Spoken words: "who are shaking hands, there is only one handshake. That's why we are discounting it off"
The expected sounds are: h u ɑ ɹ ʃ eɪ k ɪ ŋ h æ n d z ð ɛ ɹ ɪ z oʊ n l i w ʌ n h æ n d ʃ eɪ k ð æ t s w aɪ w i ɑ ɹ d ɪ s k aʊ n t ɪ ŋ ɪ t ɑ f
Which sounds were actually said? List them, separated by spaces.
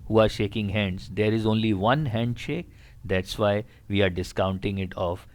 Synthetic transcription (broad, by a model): h u ɑ ɹ ʃ eɪ k ɪ ŋ h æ n d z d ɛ ɹ ɪ z oʊ n l i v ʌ n h æ n d ʃ eɪ k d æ t s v aɪ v i ɑ ɹ d ɪ s k aʊ n t ɪ ŋ ɪ t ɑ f